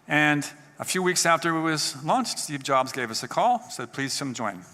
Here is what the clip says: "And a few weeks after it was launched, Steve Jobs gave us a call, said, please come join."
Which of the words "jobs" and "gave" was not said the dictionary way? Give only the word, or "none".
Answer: none